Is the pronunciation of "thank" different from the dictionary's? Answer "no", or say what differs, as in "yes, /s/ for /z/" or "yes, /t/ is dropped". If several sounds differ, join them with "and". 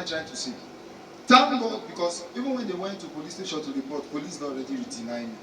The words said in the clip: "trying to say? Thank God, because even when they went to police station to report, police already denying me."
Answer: yes, /t/ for /θ/